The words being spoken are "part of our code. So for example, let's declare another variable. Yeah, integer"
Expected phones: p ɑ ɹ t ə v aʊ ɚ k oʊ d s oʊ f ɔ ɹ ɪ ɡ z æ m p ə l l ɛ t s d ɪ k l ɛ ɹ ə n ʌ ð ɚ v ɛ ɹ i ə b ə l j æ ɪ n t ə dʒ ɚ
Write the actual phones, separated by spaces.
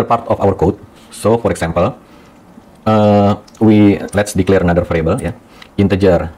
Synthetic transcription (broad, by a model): p ɑ ɹ t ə f aʊ ɚ k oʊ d s oʊ f ɔ ɹ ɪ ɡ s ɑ m p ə l l ɛ t s d ɪ k l ɛ ɹ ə n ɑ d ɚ f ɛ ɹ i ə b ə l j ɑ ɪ n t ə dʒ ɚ